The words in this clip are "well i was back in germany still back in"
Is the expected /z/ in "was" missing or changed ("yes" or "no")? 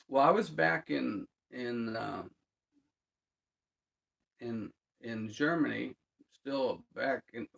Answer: no